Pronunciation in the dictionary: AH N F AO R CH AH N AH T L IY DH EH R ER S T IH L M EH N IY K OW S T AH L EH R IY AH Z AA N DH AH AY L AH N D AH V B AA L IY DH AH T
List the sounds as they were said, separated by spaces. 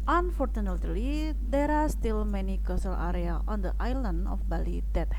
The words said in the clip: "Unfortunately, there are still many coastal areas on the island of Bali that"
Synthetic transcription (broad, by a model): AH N F AO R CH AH N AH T L IY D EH R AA S T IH L M EH N IY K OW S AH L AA R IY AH AA N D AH AY L AH N D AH F B AA L IY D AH T